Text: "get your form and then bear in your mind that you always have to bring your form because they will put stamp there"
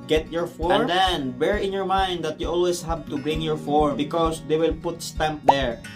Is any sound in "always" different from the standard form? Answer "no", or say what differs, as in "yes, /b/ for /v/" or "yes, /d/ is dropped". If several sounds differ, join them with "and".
yes, /s/ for /z/